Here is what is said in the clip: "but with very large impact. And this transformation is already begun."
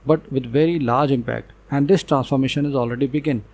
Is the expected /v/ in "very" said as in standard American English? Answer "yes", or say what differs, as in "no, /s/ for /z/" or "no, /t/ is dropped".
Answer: yes